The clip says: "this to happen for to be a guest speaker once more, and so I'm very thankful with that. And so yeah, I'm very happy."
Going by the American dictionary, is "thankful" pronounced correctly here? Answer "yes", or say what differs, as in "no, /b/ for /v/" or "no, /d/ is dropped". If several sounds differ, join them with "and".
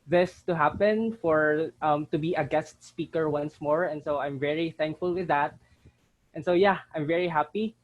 yes